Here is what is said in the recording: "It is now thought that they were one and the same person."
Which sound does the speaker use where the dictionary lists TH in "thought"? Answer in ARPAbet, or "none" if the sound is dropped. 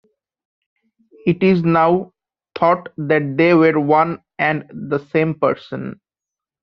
T